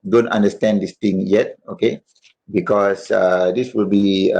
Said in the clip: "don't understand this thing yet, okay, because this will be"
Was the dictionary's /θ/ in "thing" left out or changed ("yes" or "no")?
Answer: yes